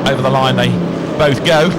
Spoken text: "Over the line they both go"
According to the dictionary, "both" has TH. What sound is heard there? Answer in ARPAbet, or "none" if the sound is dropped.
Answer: TH